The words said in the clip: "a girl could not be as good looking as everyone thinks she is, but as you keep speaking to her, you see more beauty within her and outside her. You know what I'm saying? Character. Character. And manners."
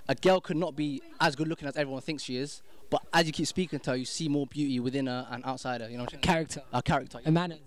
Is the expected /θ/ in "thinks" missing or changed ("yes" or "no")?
no